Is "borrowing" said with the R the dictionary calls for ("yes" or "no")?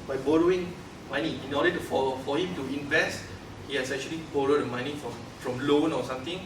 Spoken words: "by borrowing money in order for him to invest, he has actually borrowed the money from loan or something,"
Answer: yes